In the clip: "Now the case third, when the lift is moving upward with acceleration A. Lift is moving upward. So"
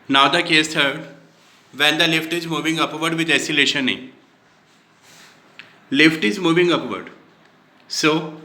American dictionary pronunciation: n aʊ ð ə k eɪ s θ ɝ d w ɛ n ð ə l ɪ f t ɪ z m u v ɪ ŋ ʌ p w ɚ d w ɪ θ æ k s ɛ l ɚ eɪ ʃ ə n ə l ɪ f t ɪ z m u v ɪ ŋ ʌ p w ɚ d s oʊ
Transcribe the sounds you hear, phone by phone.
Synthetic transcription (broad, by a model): n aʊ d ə k eɪ s t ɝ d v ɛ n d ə l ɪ f t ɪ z m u v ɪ ŋ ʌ p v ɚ d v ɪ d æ s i l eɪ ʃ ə n ə l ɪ f t ɪ z m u v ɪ ŋ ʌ p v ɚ d s oʊ